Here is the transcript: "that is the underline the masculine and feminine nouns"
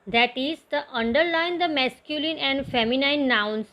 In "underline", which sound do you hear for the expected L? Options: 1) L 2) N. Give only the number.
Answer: 1